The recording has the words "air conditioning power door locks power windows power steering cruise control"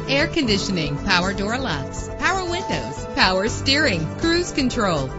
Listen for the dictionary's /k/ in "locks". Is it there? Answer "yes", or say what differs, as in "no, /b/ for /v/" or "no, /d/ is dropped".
no, /k/ is dropped